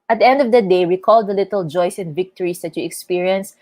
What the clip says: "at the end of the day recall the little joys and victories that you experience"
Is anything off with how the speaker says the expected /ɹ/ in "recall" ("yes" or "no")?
yes